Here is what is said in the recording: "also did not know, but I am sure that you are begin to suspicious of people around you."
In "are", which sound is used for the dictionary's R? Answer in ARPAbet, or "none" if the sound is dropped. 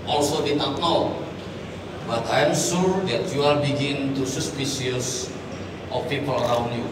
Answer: L